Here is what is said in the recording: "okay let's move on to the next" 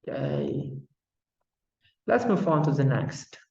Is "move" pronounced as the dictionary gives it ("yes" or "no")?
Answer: no